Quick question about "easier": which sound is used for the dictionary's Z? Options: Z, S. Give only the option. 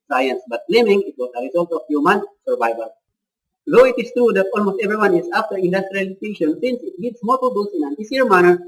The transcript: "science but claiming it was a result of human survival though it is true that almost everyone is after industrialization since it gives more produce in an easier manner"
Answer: S